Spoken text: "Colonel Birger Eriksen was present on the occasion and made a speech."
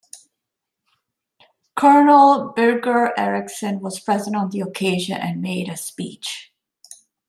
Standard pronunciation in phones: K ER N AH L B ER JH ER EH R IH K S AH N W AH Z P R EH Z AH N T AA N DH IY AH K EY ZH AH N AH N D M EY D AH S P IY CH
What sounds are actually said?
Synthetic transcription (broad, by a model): K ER N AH L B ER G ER EH R IH K S AH N W AH Z P R EH Z AH N T N DH IY AH K EY ZH AH N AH N M EY D AH S P IY CH